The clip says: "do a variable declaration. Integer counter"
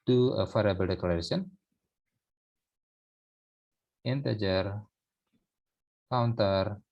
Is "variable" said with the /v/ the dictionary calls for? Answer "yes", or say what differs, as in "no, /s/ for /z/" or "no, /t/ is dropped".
no, /f/ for /v/